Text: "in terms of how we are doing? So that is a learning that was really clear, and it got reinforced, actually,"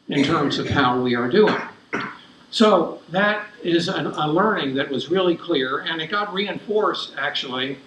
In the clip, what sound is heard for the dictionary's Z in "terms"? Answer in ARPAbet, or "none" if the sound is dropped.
Z